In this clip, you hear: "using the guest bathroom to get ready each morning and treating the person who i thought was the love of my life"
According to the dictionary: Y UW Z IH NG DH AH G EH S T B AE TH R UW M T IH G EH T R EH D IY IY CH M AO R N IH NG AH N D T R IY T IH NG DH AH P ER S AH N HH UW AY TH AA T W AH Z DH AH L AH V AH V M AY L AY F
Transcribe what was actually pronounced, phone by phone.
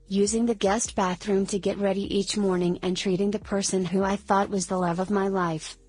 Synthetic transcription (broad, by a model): Y UW Z IH NG DH AH G EH S T B AE TH R UW M T IH G EH T R EH D IY IY CH M AO R N IH NG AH N T R IY T IH NG DH AH P ER S AH N HH UW AY TH AA T W AH Z DH AH L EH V AH V M AY L AY F